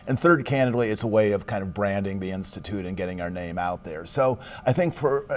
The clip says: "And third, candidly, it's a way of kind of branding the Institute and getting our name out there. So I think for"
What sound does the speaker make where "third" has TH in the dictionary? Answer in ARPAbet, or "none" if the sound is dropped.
TH